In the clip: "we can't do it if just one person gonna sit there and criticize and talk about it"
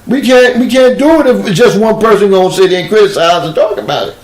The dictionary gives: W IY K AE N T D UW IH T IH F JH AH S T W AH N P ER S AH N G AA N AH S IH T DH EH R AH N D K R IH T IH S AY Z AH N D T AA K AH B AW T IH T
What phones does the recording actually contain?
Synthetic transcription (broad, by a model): W IY K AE N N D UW IH T IH F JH AH S T W AH N P ER S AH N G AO AH S IH T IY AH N K R IH T IH S AY Z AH N T AA K AH B AW T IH T